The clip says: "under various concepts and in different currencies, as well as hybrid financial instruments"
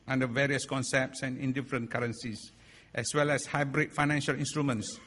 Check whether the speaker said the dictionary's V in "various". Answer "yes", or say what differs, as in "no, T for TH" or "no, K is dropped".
yes